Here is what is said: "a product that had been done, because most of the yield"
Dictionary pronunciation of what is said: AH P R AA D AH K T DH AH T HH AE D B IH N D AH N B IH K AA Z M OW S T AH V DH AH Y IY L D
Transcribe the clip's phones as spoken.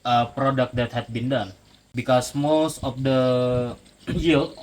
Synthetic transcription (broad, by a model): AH P R AA D AH K T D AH T HH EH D B IH N D AH N B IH K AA S M OW S T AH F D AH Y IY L